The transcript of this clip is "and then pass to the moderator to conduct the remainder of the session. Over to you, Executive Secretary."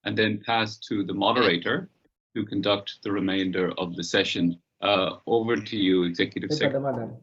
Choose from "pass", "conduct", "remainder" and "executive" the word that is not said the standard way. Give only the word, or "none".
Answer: none